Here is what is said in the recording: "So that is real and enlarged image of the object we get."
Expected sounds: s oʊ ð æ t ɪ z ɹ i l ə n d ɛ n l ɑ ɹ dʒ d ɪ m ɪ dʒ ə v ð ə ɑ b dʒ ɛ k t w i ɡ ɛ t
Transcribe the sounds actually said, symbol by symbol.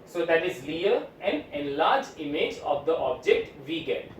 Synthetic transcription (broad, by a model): s oʊ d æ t ɪ z l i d ə n d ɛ n l ɑ ɹ dʒ ɪ m ɪ dʒ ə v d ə ɑ b dʒ ɛ k t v i ɡ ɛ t